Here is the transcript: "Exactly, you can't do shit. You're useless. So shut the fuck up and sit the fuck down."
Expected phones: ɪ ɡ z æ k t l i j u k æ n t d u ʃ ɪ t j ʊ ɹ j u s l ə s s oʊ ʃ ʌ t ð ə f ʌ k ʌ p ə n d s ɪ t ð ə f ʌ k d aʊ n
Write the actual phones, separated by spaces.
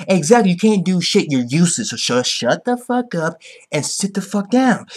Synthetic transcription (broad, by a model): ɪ ɡ z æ k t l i j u k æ n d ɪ ʃ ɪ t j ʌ ɹ j u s ə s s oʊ ʃ ʌ t ð ə f ʌ k ʌ p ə n s ɪ t ð ə f ʌ k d aʊ n